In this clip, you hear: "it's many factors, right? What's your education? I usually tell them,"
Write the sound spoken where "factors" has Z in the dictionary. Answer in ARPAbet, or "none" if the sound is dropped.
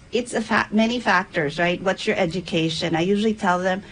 Z